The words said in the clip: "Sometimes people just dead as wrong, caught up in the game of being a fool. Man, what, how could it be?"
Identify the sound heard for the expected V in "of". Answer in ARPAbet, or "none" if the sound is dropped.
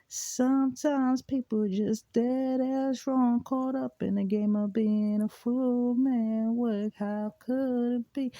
V